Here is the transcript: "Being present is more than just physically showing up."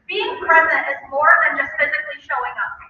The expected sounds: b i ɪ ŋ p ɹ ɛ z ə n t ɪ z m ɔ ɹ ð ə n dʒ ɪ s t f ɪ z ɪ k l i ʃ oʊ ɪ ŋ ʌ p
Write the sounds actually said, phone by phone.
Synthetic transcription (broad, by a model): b i ɪ ŋ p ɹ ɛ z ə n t ɪ z m ɔ ɹ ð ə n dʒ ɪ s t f ɪ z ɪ k l i ʃ oʊ ɪ ŋ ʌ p